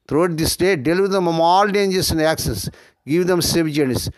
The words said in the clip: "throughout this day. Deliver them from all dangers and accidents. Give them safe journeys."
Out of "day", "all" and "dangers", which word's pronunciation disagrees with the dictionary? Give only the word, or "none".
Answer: dangers